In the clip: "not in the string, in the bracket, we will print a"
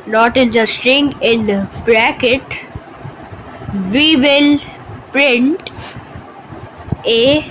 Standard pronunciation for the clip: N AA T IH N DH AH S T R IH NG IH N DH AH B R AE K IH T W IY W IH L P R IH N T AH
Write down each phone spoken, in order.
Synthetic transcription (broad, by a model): N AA T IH N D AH S T IH NG IH N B R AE K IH T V IY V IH L P R IH N T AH